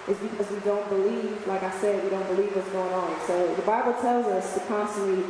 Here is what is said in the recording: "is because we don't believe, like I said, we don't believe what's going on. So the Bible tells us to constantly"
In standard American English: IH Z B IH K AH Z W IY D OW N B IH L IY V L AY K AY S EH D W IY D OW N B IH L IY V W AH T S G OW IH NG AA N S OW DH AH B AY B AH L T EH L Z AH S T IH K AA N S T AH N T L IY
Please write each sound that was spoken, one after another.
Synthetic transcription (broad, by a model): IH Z B IH K AH Z W IY D OW N B IH L IY V L AY K AY S EH D W IY D OW N B IH L IY V W AH T S G OW IH NG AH N S OW DH AH B AY B L T EH L Z AH S T IH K AA N S T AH N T L IY